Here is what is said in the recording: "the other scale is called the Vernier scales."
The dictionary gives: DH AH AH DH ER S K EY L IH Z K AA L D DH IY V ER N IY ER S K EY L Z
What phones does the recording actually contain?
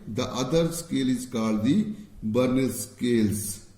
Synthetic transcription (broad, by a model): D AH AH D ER S K EY L IH Z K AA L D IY B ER N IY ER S K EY L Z